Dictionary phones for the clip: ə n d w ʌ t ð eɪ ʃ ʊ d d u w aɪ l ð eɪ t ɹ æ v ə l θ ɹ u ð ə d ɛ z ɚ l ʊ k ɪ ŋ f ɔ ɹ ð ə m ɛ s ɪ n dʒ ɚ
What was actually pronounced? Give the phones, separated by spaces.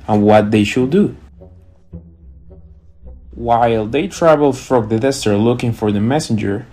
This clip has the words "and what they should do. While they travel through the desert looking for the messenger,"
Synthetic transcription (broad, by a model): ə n w ʌ t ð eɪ ʃ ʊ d d u w aɪ l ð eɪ t ɹ æ v ə l f ɹ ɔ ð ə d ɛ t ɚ l ʊ k ɪ ŋ f ɔ ɹ ð ə m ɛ s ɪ n dʒ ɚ